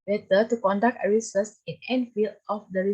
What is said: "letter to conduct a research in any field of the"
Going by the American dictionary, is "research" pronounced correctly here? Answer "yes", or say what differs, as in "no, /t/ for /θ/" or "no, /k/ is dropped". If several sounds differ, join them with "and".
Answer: no, /s/ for /tʃ/